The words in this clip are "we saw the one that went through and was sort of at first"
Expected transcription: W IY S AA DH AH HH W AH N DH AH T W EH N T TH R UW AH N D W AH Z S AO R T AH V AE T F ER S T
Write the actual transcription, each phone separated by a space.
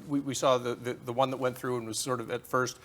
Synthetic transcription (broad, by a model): W IY S AA DH AH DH W AH N DH AH T W EH N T TH R UW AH N W AH Z S AO R T AH V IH T F ER S T